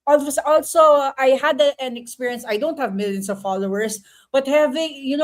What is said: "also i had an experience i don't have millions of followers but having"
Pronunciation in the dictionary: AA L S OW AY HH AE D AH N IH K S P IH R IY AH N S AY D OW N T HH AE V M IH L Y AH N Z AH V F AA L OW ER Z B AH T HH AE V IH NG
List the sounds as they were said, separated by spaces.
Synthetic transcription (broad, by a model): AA L S OW AY HH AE D AH N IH K S P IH R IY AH N S AY D OW N T HH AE V M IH L Y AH N S AH V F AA L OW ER S B AH T HH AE V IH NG